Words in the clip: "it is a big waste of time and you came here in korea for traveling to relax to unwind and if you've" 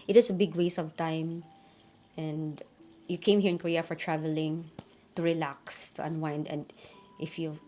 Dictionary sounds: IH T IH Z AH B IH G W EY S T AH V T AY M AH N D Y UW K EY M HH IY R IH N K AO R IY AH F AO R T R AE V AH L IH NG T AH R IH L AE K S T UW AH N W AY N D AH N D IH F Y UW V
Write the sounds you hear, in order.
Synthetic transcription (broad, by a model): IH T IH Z AH B IH G W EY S AH V T AY M AH N D Y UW K EY M HH IY R IH N K AO R IY AH F AO R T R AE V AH L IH NG T AH R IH L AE K S T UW AH N W AY N D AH N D IH F Y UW